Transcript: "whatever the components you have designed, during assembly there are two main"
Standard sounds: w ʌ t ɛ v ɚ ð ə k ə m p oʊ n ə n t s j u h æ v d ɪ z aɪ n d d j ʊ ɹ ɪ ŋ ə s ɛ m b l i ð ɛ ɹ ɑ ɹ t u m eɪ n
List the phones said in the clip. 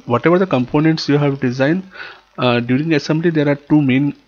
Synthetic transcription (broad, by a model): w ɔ t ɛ v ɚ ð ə k ə m p oʊ n ə n t s j u h æ v d ɪ z aɪ n d d j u ɹ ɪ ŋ ə s ɛ m b l i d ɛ ɹ ɑ ɹ t u m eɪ n